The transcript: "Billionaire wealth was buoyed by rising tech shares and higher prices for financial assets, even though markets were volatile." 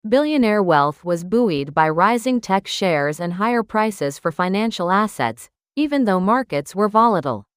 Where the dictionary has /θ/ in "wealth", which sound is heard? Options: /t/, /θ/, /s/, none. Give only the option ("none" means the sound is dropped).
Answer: /θ/